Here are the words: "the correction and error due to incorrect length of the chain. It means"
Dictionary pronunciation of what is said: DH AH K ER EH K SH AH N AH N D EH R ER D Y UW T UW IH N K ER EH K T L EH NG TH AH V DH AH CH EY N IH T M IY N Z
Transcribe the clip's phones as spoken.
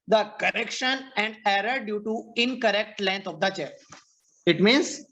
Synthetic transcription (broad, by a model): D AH K ER EH K SH AH N AH N D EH R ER D Y UW T UW IH N K ER EH K T L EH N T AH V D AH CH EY IH T M IY N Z